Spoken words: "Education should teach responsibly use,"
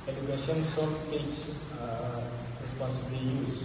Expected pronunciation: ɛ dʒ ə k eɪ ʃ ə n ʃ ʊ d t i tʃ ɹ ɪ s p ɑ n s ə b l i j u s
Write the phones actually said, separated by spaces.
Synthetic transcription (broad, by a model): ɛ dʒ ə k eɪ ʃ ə n s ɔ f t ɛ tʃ ɹ ɪ s p ɑ n s ə b l i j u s